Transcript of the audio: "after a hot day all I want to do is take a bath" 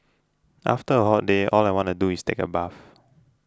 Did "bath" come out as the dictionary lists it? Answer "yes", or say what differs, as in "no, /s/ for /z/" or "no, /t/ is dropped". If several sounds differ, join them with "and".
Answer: no, /f/ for /θ/